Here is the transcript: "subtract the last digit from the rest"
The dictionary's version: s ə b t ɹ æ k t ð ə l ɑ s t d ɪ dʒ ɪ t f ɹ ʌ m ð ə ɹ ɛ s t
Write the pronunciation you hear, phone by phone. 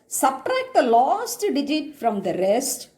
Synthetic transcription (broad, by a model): s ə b t ɹ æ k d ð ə l ɑ s t d ɪ dʒ ɪ t f ɹ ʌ m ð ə ɹ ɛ s t